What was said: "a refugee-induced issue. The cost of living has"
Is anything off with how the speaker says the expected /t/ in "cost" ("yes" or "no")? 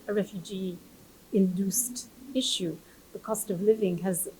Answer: no